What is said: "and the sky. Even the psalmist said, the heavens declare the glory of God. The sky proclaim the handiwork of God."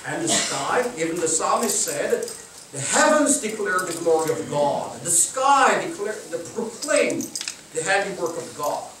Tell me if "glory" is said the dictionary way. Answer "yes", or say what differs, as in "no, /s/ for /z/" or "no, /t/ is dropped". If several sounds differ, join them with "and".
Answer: yes